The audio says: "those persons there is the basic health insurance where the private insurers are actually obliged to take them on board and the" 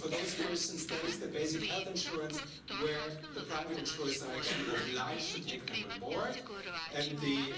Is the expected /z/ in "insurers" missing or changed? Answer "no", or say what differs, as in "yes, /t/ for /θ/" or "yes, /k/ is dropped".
yes, /s/ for /z/